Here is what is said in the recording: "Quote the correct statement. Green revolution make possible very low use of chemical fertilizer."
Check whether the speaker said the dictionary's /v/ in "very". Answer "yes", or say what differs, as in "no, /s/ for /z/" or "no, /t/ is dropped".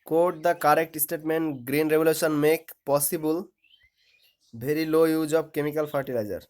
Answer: no, /b/ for /v/